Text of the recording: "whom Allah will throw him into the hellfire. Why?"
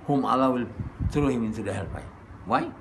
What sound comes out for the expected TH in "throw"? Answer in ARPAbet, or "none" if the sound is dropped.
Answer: S